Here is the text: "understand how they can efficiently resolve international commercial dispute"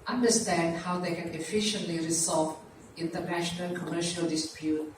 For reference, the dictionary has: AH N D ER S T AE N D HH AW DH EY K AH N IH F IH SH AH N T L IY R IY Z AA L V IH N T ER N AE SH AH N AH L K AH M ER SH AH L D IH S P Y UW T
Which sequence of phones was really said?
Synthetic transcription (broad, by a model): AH N D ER S T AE N D HH AW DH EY K AH N IH F IH SH AH N T L IY R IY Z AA L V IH N T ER N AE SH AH N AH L K AH M ER SH AH L D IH S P Y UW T